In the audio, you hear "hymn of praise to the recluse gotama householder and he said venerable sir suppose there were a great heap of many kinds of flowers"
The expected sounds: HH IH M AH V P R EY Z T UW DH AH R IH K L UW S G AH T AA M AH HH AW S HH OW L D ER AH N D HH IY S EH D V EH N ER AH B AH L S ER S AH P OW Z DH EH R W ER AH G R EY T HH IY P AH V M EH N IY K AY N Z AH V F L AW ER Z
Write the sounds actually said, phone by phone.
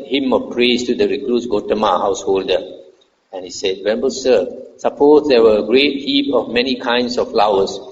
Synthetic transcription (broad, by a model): HH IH M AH F P R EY S T UW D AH R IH K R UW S G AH T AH M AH HH AW S HH OW L D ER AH N HH IY S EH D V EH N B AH S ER S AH P OW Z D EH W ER AH G R EY T HH IY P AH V M EH N IY K AY N S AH F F L AW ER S